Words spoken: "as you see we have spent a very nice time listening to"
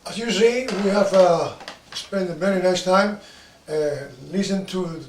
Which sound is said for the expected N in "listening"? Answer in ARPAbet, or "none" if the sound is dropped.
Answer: none